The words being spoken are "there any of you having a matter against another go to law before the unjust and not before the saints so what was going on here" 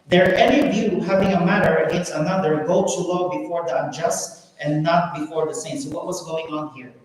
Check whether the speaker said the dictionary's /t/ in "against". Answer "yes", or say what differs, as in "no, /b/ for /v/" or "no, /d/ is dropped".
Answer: no, /t/ is dropped